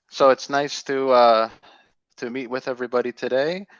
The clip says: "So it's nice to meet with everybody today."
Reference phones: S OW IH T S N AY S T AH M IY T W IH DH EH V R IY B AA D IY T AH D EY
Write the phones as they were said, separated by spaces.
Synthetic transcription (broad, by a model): S OW IH T S N AY S T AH M IY T W IH DH EH V R IY B AA D IY T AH D EY